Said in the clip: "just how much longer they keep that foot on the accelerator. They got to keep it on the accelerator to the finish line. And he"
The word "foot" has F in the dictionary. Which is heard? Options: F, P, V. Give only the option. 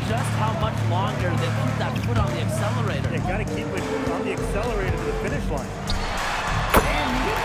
P